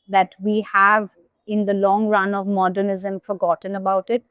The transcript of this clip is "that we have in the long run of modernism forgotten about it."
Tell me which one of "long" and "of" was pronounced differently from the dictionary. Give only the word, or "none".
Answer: none